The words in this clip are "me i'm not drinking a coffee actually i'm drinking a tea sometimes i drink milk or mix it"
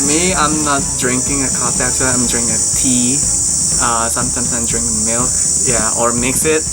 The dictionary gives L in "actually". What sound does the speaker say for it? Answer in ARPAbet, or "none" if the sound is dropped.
none